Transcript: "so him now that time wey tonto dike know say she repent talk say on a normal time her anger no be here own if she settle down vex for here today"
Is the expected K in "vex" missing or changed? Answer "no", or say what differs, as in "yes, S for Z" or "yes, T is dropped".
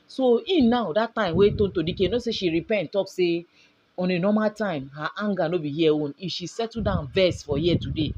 yes, K is dropped